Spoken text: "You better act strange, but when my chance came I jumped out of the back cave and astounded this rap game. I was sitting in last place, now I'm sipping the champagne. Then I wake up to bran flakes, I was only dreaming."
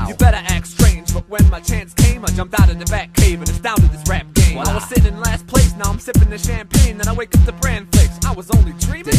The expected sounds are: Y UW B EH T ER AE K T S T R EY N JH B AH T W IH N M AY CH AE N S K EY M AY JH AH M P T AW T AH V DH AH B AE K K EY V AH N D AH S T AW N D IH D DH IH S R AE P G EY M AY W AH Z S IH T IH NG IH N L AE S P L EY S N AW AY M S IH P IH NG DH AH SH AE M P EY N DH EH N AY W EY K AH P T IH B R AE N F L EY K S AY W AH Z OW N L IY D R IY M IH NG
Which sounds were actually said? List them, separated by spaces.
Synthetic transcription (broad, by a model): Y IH B EH T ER AE K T S T R EY N JH B AH T W IH N M AY CH AE N S K EY M AY JH AH M P T AW T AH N DH AH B AE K K EY V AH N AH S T AW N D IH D DH IH S R AE P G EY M AY W AH Z S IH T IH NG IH N L AE S P L EY S N AW AY M S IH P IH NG DH AH SH AE M P EY N DH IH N AY W EY K AH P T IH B R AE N F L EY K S AY W AH Z OW N L IY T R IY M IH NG